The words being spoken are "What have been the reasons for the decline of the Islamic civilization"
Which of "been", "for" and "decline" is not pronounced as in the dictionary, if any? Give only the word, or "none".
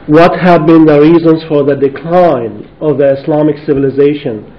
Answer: none